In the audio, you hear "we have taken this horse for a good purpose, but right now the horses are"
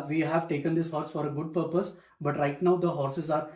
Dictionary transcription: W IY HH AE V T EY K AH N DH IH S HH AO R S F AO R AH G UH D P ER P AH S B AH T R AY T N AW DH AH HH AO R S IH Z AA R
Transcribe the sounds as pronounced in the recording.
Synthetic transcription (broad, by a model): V IY HH AE V T EY K AH N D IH S HH AO R S F AO R AH G UH D P ER P AH S B AH T R AY T N AW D AH HH AO R S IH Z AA R